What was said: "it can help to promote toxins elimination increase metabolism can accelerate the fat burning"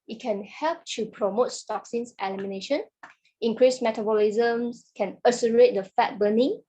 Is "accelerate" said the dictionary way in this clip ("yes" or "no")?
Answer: no